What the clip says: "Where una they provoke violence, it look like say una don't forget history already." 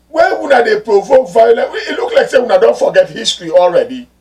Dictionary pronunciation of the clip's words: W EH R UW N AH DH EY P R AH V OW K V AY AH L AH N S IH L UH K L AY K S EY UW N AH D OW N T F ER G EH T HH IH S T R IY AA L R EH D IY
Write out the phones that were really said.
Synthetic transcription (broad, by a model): W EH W UW N AH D EY P R AH V OW K V AY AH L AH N IH L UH K L AY K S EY UW N AH D OW N T F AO G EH T HH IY S T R IY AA L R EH D IY